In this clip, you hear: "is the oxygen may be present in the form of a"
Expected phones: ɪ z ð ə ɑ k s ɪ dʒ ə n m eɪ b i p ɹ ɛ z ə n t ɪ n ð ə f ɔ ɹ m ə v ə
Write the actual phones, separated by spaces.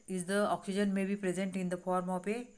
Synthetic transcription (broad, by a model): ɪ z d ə ɑ k s ɪ dʒ ə n m eɪ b i p ɹ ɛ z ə n t ɪ n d ə f ɔ ɹ m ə p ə